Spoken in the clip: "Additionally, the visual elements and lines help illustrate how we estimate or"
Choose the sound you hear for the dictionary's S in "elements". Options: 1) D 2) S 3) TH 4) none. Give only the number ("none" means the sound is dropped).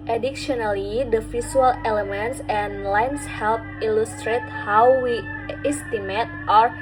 2